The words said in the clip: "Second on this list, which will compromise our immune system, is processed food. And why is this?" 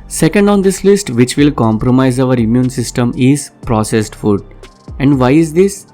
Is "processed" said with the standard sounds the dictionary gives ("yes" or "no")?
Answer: yes